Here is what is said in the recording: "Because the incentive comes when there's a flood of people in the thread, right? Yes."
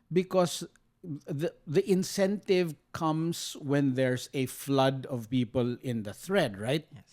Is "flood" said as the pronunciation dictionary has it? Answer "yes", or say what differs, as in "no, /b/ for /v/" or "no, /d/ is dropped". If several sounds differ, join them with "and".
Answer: yes